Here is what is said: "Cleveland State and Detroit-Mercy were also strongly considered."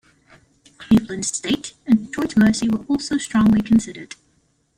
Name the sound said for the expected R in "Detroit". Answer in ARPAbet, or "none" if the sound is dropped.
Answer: none